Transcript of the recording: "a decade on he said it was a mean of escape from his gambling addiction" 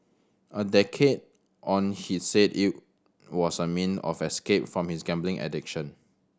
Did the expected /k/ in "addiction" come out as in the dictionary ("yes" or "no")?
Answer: yes